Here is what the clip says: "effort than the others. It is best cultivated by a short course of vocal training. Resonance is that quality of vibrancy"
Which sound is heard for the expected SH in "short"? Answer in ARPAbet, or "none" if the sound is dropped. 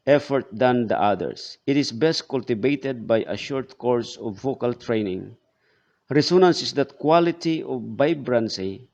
SH